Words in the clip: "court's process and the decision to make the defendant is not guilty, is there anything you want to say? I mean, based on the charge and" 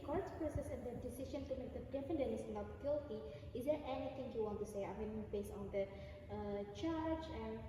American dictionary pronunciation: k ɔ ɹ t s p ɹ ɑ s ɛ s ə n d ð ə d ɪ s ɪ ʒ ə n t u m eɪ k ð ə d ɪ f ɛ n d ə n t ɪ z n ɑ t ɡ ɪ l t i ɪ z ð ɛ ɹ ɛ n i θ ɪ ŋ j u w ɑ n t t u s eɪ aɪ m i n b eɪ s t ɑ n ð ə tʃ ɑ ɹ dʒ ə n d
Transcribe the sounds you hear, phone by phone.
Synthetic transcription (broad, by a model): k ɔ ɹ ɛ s p ɹ ɑ s ɛ s ə n d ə d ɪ s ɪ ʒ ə n t u m eɪ k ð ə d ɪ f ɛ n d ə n ɪ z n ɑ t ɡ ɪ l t i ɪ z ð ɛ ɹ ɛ n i t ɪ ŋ j u w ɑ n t t u s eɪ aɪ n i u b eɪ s ɑ n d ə tʃ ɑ ɹ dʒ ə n